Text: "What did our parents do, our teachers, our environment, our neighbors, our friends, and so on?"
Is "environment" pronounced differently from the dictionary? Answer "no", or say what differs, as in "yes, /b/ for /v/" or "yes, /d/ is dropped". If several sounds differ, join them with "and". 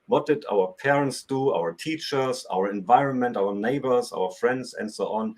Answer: no